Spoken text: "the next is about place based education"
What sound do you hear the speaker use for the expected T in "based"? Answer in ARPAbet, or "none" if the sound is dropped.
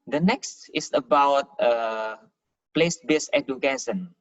none